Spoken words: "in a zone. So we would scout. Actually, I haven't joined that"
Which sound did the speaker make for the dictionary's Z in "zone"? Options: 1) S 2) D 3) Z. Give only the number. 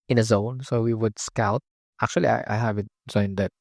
3